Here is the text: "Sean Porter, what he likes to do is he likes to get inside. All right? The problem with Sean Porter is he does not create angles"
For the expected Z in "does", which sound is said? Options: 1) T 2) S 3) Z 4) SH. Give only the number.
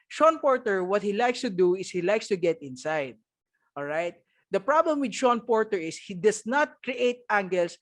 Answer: 2